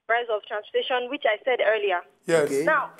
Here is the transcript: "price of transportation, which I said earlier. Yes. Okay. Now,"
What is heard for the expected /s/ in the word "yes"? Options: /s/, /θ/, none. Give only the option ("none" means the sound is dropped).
none